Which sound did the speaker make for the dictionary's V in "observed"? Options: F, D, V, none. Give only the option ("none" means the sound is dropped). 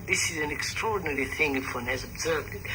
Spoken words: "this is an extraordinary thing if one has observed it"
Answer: V